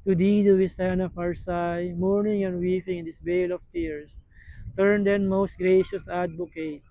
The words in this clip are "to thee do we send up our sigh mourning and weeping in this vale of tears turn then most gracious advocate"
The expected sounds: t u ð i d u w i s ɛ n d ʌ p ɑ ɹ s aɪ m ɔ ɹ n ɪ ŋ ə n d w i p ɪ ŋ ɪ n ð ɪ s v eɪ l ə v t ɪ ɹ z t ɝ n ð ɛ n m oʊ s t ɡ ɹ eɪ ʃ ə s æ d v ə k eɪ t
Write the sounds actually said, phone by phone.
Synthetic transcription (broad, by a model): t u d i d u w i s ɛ n ʌ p ɑ ɹ s aɪ m ɔ ɹ n ɪ ŋ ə n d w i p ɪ ŋ ɪ n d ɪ s b eɪ l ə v t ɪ ɹ s t ɝ n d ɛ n m oʊ s t ɡ ɹ eɪ ʃ ə s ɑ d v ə k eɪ t